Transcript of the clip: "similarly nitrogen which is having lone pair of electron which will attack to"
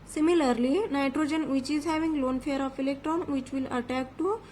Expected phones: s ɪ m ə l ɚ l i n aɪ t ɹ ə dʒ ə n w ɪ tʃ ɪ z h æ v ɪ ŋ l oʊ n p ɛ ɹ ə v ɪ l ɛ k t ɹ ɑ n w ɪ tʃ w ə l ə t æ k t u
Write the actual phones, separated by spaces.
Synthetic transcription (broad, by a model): s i m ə l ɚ l i n aɪ t ɹ ə dʒ ə n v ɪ tʃ ɪ z h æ v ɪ ŋ l oʊ n f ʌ ɹ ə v ɪ l ɛ k t ɹ ɑ n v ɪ tʃ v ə l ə t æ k t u